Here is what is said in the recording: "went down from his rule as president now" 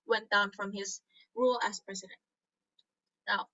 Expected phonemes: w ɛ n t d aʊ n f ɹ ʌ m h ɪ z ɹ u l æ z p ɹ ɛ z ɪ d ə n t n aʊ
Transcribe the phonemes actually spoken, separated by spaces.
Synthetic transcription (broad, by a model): w ɛ n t d aʊ n f ɹ ʌ m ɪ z ɹ u l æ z p ɹ ɛ z ɪ d ə n t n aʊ